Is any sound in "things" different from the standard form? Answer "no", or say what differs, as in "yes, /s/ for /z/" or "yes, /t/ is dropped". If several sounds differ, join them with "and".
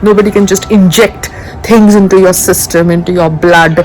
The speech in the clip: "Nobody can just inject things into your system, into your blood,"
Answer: yes, /t/ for /θ/